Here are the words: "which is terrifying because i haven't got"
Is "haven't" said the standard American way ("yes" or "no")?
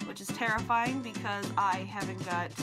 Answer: yes